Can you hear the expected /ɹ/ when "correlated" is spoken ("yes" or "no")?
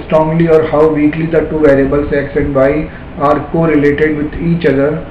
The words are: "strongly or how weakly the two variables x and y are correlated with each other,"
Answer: yes